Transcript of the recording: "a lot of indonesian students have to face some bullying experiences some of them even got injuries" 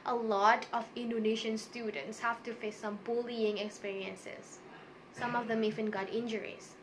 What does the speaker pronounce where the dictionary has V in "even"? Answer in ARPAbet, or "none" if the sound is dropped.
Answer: F